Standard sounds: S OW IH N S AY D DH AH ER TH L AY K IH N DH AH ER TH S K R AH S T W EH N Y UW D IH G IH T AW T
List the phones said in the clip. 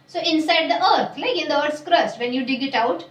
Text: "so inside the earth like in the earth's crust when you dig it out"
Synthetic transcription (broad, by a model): S OW IH N S AY D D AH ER T L AY K IH N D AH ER T S K R AH S T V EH N Y UW D IH G IH T AW T